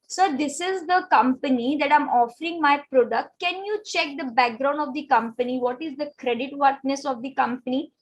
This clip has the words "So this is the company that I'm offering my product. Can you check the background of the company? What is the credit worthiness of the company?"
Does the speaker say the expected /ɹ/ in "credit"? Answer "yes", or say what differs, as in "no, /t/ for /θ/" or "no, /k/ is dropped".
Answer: yes